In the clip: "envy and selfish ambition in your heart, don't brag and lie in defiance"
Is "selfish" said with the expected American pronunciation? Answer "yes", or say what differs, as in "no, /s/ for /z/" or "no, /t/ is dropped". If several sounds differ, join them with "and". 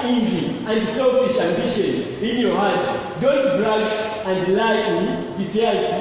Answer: no, /l/ is dropped